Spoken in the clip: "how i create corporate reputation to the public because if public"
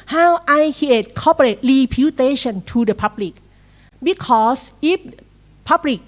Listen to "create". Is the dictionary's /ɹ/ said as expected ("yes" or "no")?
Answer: no